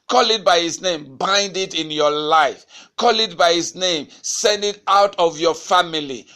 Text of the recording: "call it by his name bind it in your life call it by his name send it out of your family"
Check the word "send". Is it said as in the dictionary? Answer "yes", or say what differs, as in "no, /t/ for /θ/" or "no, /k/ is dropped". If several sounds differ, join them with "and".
yes